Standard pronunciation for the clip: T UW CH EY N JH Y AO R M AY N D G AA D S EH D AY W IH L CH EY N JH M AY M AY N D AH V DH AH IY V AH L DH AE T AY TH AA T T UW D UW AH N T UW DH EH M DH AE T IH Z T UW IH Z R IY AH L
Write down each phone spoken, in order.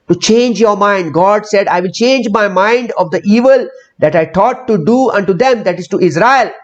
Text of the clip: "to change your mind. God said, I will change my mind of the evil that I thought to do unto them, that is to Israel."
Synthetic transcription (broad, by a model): T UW CH EY N JH Y AO R M AY N D G AA D S EH D AY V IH L CH EY N JH M AY M AY N D AH V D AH IY V AH L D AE T AY T AA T T UW D UW AH N T UW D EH M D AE T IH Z T UW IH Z R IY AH L